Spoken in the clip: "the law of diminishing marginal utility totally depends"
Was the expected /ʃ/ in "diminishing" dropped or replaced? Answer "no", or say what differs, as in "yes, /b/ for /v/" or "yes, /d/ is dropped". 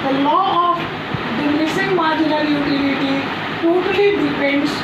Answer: yes, /s/ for /ʃ/